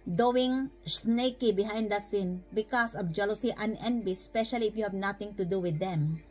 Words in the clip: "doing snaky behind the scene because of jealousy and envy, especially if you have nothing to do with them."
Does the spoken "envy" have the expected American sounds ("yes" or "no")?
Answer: no